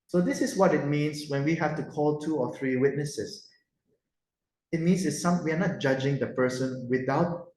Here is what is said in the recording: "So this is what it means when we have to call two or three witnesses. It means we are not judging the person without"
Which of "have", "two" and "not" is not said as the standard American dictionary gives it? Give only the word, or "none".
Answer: have